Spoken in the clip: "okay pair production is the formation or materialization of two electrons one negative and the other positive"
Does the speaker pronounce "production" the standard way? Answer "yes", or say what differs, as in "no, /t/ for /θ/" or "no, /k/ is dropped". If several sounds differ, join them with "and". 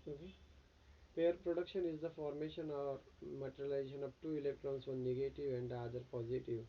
yes